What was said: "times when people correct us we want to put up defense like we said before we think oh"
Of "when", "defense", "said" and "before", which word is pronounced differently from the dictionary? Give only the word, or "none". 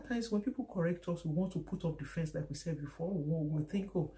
before